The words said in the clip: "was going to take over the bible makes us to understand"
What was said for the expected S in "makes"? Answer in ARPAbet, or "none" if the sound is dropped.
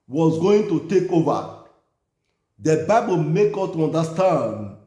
none